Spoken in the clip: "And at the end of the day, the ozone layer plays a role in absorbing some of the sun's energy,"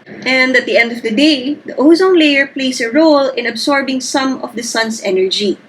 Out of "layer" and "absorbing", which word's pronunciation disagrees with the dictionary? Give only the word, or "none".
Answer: absorbing